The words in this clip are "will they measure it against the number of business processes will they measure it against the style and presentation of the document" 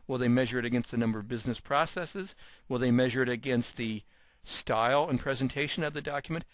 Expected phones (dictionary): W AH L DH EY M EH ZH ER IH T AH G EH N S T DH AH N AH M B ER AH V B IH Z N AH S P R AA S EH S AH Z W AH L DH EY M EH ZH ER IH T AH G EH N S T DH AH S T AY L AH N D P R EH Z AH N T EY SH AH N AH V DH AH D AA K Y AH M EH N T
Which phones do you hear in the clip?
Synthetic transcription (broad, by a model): W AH L DH EY M EH ZH ER IH T AH G EH N S T DH AH N AH M B ER AH V B IH Z N AH S P R AA S EH S AH Z W AH L DH EY M EH ZH ER IH T AH G EH N S T DH AH S T AY L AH N P R EH Z AH N T EY SH AH N AH V DH AH D AA K Y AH M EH N T